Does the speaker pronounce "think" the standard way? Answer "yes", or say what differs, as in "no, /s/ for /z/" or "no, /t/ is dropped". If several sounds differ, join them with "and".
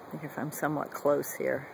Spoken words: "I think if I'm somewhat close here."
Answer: no, /ŋ/ is dropped